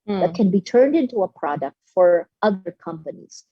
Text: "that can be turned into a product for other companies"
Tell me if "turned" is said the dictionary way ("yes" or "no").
yes